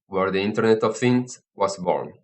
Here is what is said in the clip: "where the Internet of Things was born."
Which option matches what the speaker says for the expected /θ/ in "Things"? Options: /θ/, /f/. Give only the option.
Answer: /f/